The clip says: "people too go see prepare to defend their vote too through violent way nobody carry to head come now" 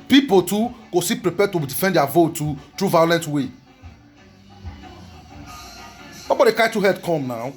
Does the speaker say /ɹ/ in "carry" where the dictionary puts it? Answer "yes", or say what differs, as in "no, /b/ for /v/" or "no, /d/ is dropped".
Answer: no, /ɹ/ is dropped